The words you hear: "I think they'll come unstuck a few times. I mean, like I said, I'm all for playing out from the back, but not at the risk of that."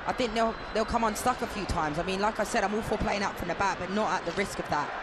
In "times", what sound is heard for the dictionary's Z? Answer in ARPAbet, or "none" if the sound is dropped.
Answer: Z